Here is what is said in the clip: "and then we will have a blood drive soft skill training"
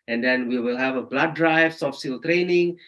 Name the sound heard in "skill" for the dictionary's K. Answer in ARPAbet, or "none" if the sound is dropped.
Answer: none